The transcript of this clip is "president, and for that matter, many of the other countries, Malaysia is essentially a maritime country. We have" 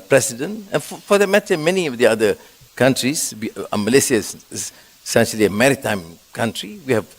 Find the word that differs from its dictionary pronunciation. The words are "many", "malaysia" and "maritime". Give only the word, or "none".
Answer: malaysia